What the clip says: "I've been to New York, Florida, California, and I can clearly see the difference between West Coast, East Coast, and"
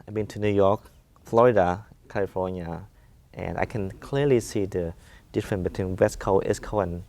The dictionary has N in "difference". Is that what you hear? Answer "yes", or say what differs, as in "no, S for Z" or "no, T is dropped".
yes